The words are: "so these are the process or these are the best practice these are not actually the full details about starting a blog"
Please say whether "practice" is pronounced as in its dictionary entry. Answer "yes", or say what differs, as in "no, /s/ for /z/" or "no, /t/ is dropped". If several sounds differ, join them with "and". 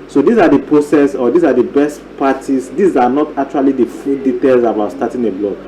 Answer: no, /ɹ/ is dropped and /k/ is dropped